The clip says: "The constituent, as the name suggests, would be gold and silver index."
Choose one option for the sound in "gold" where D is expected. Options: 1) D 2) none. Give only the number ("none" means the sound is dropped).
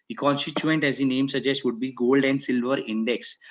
1